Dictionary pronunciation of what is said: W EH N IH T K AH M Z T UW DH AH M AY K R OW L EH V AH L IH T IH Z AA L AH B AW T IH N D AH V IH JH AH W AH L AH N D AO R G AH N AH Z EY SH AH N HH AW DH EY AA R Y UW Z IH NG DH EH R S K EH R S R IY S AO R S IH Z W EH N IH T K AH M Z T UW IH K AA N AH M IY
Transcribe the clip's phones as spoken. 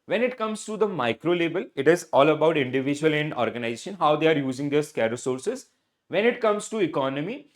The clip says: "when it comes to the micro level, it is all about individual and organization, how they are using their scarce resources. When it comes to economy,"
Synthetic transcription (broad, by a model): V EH N IH T K AH M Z T UW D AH M AY K R OW L EH B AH L IH T IH Z AA L AH B AW T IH N D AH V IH JH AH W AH L AH N D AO R G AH N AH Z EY SH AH N HH AW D EY AA R Y UW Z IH NG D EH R S K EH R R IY S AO R S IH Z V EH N IH T K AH M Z T UW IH K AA N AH M IY